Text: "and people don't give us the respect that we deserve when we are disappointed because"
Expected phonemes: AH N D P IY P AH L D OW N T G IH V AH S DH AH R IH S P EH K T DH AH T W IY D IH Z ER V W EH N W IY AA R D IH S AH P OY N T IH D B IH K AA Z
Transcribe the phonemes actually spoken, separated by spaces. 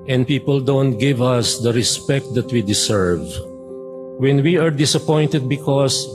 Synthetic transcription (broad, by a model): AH N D P IY P AH L D OW N T G IH V AH S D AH R IH S P EH K T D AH T W IY D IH S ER V W EH N W IY AA R D IH S AH P OY N T IH D B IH K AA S